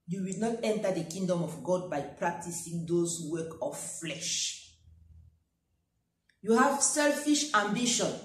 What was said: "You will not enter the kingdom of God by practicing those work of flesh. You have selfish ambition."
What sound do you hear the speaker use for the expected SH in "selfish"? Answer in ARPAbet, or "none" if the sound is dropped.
SH